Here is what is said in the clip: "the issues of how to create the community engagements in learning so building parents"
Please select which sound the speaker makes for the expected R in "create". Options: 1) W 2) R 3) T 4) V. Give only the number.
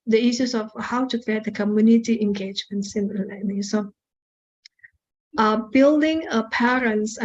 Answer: 2